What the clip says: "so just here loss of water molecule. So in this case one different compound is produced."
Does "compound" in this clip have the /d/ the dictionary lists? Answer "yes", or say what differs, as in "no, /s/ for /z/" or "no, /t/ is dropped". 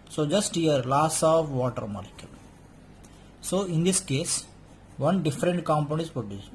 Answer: no, /d/ is dropped